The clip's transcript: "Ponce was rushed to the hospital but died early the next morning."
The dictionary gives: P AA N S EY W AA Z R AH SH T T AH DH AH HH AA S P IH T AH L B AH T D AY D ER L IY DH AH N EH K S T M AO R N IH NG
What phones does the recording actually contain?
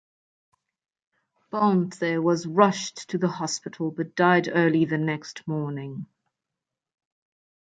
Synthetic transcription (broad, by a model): B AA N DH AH W AA Z R AH SH T T AH DH AH HH AA S P IH T AH L B AH T D AY D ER L IY DH AH N EH K S T M AO N IH NG